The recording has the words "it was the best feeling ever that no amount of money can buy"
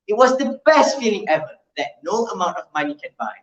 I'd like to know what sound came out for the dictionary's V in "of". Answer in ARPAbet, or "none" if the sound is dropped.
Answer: V